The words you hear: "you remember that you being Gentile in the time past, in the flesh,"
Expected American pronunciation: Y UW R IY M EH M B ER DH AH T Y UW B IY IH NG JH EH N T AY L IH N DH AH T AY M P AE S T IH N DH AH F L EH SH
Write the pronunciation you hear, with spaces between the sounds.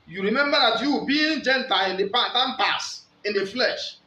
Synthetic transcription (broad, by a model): Y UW R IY M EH M B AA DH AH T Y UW B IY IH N JH EH N T AY L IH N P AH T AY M P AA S IH N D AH F L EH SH